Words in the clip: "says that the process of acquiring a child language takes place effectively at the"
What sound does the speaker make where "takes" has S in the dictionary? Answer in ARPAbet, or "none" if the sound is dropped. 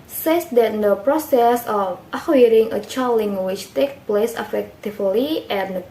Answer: none